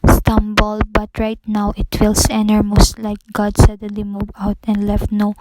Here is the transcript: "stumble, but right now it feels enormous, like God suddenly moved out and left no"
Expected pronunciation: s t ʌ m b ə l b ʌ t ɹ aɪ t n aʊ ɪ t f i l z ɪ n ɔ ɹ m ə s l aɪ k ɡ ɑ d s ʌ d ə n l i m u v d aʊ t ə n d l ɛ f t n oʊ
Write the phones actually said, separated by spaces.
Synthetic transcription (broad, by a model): s t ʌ m b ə l b ʌ t ɹ aɪ t n aʊ ɪ t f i l s ɪ n ɔ ɹ m ə s l aɪ k ɡ ɑ d s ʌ d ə n l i m u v aʊ t ə n d l ɛ f t n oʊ